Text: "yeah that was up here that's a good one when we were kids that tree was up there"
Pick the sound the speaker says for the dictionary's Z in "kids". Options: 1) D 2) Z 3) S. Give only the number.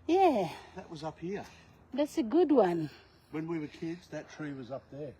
2